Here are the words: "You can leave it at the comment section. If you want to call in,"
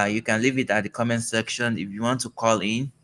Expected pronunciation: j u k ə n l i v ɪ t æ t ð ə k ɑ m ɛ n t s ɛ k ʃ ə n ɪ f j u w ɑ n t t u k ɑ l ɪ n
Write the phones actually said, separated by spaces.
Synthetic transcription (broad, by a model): j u k ə n l i v ɪ t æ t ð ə k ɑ m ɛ n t s ɛ k ʃ ə n ɪ f j u w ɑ n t t u k ɑ l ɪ n